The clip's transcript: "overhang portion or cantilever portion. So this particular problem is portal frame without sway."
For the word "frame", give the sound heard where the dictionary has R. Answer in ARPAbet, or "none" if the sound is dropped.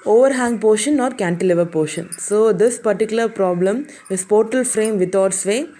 R